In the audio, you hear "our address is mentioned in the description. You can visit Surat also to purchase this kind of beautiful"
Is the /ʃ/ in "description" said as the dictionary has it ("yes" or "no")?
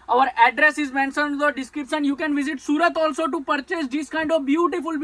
no